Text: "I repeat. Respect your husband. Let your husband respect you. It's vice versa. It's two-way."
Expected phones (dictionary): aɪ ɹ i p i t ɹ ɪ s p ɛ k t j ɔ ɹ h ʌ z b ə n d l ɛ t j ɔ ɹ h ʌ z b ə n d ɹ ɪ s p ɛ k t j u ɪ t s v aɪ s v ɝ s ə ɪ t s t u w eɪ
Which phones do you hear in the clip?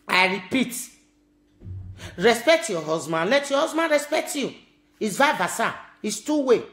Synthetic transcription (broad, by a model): aɪ ɹ i p i t ɹ ɪ s p ɛ k t j ɔ h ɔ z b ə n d l ɛ t j ɔ h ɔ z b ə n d ɹ ɪ s p ɛ k t j u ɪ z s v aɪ v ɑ s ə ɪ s t u w eɪ